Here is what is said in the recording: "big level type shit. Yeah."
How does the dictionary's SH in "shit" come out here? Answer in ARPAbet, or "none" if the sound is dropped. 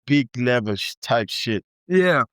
SH